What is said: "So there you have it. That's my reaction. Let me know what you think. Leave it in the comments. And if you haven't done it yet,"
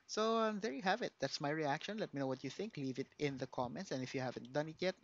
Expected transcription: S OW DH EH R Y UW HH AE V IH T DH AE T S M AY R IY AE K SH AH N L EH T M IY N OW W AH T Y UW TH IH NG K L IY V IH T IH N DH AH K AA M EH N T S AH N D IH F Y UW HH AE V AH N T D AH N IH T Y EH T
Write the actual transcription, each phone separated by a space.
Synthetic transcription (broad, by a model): S OW DH EH R Y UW HH AE V IH T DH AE T S M AY R IY AE K SH AH N L EH T M IY N OW W AH T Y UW TH IH NG K L IY V IH T IH N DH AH K AA M EH N T S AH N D IH F Y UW HH AE V AH N T D AH N IH T Y EH T